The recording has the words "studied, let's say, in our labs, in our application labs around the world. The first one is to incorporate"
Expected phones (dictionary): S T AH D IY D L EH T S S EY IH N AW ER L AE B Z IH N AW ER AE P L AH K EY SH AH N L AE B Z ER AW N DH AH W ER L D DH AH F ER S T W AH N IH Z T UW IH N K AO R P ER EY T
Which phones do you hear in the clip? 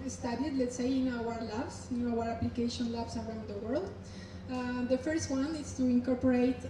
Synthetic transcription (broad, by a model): S T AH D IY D L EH T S S EY IH N AW ER L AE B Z IH N AW ER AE P L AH K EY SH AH N L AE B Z ER AW N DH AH W ER L D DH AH F ER S T W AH N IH S T UW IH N K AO R P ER EY T